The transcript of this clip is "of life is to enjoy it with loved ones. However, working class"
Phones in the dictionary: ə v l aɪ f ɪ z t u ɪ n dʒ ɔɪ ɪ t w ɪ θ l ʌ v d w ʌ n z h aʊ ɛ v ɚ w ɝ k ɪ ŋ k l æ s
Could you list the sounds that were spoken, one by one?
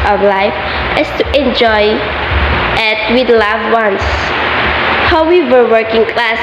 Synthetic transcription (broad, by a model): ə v l aɪ f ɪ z t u ɪ n dʒ ɔɪ ɪ t w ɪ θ l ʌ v w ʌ n s h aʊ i w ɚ w ɝ k ɪ ŋ k l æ s